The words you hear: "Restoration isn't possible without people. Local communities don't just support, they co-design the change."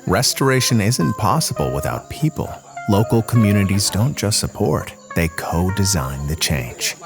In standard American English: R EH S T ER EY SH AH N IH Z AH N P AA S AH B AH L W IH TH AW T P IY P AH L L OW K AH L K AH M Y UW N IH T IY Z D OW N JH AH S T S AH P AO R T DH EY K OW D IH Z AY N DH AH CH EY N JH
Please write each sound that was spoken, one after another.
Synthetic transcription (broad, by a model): R EH S T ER EY SH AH N IH Z AH N P AA S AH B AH L W IH TH AW T P IY P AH L L OW K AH L K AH M Y UW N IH T IY Z D OW N JH AH S T S AH P AO R T DH EY K OW D IH Z AY N DH AH CH EY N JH